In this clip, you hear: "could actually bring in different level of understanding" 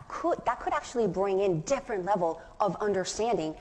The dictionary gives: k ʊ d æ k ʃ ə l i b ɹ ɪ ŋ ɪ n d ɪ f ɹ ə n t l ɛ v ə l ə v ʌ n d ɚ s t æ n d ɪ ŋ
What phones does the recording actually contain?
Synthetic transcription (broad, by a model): k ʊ d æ k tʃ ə l i b ɹ ɪ ŋ ɪ n d ɪ f ɹ ə n t l ɛ v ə l ə v ʌ n d ɚ s t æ n d ɪ ŋ